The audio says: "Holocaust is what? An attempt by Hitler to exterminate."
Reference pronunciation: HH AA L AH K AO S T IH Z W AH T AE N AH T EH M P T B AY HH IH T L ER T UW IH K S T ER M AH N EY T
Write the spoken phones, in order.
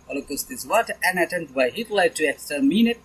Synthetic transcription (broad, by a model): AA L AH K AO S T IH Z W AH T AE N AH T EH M T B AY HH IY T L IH T UW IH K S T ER M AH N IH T